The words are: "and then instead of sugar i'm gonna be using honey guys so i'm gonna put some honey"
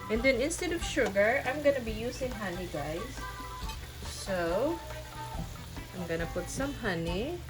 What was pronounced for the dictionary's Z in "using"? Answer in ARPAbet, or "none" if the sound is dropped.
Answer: S